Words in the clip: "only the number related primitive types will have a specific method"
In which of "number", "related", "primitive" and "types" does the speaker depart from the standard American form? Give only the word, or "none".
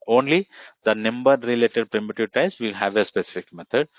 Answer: types